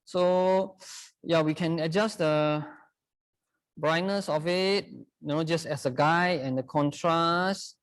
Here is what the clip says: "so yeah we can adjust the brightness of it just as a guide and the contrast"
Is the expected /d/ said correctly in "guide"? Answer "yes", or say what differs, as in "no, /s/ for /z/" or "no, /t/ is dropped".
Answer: no, /d/ is dropped